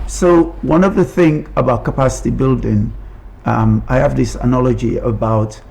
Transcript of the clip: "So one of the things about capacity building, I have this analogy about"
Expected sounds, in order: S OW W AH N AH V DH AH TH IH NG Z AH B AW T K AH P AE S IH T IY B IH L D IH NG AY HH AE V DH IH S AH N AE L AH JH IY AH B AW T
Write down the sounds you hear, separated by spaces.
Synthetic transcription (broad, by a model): S OW W AH N AH V DH AH TH IH NG AH B AW T K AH P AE S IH T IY B IH L D IH NG AY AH V DH IH S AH N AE L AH JH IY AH B AW T